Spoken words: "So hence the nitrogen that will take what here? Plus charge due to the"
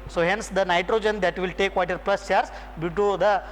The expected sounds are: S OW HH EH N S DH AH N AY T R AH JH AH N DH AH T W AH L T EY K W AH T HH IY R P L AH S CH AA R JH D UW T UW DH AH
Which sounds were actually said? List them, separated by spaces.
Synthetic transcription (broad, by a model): S OW HH EH N S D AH N AY T R AH JH AH N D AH T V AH L T EY K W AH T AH R P L AH S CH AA R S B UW T UW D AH